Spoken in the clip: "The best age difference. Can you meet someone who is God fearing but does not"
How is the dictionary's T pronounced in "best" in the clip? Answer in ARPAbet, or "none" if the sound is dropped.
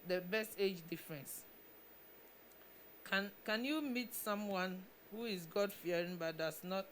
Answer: T